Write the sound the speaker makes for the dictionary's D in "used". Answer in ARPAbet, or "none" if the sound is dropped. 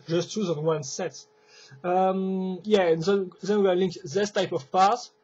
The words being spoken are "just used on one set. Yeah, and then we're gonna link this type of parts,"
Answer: none